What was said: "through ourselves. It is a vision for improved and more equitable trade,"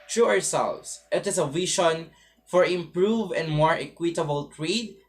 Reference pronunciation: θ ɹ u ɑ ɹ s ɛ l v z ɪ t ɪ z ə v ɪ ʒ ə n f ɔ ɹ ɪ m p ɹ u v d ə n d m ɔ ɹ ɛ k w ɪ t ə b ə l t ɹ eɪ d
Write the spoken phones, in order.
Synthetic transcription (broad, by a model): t ɹ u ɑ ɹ s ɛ l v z ɪ t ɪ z ə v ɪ ʃ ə n f ɔ ɹ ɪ m p ɹ u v ə n d m ɔ ɹ ɛ k w ɪ t ə b ə l t ɹ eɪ d